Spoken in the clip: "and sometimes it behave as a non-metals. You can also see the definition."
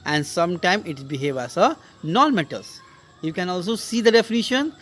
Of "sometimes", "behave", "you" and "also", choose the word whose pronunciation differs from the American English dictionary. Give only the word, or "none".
sometimes